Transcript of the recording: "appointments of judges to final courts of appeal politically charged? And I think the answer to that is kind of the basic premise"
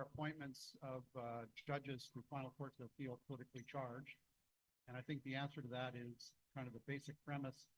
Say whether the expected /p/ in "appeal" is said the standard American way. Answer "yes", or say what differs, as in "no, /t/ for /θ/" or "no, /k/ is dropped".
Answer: no, /f/ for /p/